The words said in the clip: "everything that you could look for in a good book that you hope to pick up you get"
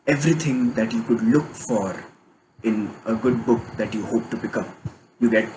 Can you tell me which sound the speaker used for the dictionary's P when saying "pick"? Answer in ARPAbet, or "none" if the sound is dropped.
B